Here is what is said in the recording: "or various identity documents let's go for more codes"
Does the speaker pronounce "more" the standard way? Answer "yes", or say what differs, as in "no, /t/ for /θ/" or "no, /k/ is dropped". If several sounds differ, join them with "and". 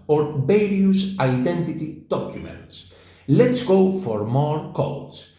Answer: yes